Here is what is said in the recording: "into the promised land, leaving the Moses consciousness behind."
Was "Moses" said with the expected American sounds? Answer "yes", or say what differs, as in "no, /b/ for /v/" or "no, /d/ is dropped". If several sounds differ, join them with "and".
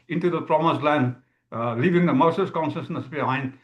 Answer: no, /s/ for /z/